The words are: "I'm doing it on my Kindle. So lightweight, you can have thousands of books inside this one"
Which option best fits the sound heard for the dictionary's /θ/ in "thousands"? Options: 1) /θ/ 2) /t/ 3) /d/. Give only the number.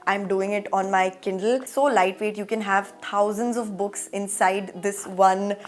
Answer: 2